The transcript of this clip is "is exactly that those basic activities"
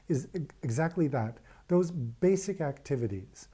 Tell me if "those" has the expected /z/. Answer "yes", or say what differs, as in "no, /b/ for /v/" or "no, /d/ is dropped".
yes